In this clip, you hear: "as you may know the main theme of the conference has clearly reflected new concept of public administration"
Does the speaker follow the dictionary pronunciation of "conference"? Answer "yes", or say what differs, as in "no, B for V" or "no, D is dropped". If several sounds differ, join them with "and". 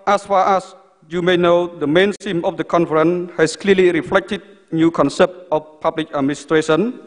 no, S is dropped